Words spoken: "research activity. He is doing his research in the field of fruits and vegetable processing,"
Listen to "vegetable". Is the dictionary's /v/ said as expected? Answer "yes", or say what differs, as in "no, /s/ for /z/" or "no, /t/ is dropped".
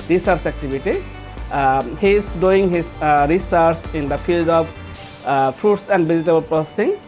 no, /b/ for /v/